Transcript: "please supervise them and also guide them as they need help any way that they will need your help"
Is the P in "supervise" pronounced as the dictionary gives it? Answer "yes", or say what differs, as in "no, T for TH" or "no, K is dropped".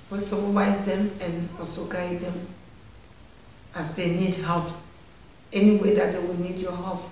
no, B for P